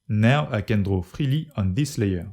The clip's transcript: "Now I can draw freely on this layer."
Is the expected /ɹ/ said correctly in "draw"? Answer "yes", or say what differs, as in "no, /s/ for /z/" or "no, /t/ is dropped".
yes